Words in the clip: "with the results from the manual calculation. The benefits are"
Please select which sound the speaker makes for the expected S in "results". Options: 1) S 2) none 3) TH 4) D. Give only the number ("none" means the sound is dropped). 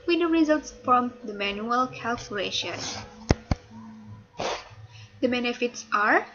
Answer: 1